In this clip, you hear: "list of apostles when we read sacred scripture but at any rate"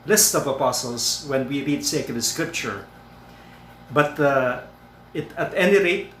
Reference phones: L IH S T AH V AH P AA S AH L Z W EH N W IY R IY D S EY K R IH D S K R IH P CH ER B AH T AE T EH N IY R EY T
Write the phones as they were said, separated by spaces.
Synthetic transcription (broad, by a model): L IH S T AH V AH P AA S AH L S W EH N W IY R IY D S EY K IH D S K R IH P CH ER B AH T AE T EH N IY R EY T